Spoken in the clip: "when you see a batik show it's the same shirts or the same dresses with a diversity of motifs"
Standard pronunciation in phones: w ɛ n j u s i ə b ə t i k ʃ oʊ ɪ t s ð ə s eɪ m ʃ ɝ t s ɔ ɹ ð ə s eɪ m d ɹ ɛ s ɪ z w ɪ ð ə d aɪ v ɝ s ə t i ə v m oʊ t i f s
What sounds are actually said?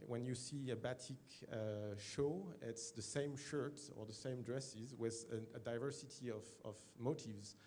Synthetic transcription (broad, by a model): w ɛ n j u s i ə b ə t i k ʃ oʊ ɪ t s ð ə s eɪ m ʃ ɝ t ɔ ɹ ð ə s eɪ m d ɹ ɛ s ɪ z w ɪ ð ə d aɪ v ɝ s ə t i ə v m oʊ t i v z